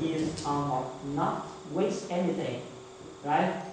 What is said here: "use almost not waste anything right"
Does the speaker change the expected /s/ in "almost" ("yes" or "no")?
yes